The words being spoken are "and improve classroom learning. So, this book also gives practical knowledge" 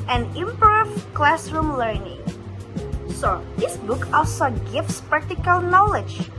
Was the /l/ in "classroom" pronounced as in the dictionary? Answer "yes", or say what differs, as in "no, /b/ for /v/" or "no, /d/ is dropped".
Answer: yes